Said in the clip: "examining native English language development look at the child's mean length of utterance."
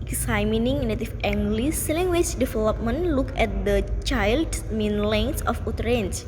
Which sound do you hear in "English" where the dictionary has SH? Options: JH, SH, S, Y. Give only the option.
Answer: S